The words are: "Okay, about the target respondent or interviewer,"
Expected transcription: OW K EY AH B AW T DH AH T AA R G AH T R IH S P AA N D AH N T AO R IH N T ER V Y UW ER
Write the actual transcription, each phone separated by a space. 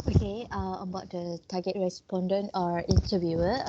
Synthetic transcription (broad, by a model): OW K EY AH B AW T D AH T AA G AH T R IH S P AA N D AH N T AO R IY N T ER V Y UW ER